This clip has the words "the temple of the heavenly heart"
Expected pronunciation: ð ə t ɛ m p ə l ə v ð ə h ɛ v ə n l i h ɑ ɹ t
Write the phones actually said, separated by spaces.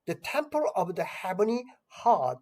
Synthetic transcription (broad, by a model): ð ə t ɛ m p ə l ə v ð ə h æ b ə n i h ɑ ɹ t